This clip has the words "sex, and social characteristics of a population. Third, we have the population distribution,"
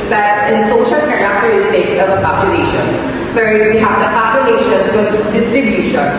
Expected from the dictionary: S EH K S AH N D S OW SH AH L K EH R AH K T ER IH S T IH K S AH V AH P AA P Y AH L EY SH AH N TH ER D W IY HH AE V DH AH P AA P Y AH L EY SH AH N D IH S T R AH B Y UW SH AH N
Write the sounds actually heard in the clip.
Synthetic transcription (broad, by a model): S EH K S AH N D S OW SH AH L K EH R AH K T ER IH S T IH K AH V AH P AA P Y AH L EY SH AH N S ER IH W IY HH AE V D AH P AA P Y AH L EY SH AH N D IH S T R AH B Y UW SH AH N